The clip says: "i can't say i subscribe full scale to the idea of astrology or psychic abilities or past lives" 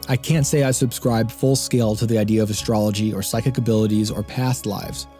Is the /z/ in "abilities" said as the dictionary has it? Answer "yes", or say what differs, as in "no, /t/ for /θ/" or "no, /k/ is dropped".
yes